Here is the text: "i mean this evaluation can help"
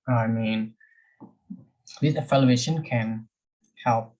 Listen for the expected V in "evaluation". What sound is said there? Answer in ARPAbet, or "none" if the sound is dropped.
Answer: F